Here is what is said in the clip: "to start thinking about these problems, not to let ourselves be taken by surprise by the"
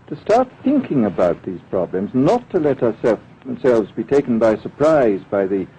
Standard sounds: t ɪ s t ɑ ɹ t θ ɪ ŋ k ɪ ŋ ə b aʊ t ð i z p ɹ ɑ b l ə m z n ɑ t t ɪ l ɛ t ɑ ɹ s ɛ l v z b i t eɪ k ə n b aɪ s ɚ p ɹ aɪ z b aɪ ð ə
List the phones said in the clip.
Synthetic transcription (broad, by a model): t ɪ s t ɑ ɹ t θ ɪ ŋ k ɪ ŋ ə b aʊ t ð i z p ɹ ɑ b l ə m z n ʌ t t ɪ l ɛ t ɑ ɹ s ɛ l v z b i t eɪ k n b aɪ s ɚ p ɹ aɪ z b aɪ ð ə